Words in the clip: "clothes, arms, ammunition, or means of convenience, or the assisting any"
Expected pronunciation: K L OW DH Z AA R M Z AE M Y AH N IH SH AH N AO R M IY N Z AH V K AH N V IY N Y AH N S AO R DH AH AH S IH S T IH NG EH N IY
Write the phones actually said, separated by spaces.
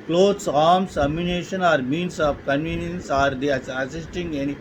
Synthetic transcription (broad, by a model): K L OW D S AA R M S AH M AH N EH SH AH N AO R M IY N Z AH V K AH N V IY N Y AH N S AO R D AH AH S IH S T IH NG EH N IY